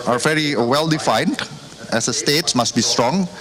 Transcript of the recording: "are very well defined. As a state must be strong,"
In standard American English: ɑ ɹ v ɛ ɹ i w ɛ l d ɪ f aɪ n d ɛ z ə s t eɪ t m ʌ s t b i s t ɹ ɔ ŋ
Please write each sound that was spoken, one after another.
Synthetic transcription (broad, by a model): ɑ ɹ v ɛ ɹ i w ɛ l d ɪ f aɪ n d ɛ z ə s t eɪ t m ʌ s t b i s t ɹ ɔ ŋ